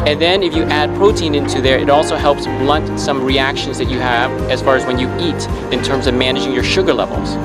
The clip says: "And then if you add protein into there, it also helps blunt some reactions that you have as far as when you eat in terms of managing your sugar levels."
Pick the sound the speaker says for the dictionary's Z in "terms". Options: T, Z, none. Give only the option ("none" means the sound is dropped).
Z